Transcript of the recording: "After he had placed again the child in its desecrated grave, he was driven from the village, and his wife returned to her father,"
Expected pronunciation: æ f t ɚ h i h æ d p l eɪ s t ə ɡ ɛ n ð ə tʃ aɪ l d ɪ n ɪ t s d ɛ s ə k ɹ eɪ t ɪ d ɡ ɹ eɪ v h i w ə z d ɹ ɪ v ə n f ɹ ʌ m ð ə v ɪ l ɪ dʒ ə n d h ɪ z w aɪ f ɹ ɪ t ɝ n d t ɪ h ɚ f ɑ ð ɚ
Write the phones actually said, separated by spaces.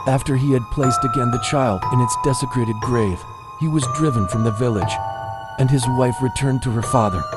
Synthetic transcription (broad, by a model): æ f t ɚ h i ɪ d p l eɪ s t ə ɡ ɛ n ð ə tʃ aɪ l d ɪ n ɪ t s d ɛ s ə k ɹ eɪ t ɪ d ɡ ɹ eɪ v h i w ə z d ɹ ɪ v ə n f ɹ ʌ m ð ə v ɪ l ɪ dʒ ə n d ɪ z w aɪ f ɹ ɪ t ɝ n t ɪ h ɚ f ɑ ð ɚ